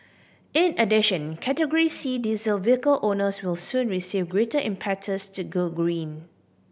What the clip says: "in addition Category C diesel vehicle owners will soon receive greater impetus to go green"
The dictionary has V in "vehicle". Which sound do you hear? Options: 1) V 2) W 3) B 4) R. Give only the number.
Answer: 1